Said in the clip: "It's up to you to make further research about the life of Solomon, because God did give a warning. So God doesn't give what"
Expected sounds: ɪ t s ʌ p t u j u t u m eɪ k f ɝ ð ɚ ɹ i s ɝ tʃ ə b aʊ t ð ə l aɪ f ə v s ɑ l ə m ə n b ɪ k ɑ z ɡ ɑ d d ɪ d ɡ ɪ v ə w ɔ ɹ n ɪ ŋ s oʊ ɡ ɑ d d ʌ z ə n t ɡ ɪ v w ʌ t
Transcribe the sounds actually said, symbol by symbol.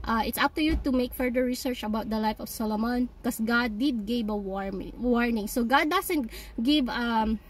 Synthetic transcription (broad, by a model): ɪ t s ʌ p t u j u t u m eɪ k f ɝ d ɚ ɹ i s ɝ tʃ ə b aʊ t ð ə l aɪ f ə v s ɑ l ə m ə n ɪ k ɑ s ɡ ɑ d d ɪ d ɡ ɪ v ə w ɔ ɹ n ɪ ŋ s oʊ ɡ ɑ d d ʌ s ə n t ɡ ɪ v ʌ